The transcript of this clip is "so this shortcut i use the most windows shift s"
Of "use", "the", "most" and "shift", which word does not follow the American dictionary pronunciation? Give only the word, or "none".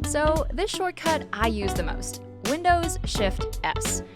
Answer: none